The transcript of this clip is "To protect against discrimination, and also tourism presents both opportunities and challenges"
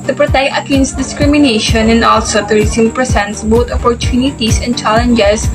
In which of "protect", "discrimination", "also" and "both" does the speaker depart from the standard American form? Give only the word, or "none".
both